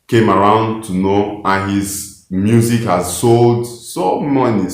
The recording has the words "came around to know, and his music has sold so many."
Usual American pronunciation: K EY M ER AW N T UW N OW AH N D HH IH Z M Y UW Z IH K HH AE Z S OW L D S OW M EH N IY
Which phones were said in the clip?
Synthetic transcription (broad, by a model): K EY M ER AW N T UW N OW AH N HH IH Z M Y UW Z IH K HH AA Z S OW L D S OW M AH N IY